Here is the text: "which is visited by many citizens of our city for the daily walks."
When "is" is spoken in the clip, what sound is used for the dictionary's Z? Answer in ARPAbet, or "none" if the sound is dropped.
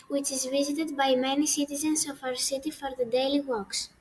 Z